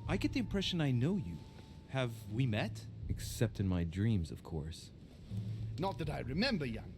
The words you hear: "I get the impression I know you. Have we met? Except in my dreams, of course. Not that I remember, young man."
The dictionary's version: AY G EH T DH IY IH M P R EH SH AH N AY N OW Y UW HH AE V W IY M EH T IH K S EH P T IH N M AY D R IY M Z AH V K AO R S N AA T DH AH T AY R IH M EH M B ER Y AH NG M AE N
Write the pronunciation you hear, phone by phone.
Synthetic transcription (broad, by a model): AY G EH T DH IY IH M P R EH SH AH N AY N OW Y UW HH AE V W IY M EH T IH K S EH P T IH N M AY D R IY M Z AH V K AO R S N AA T DH AH T AY R IH M EH M B ER Y AH NG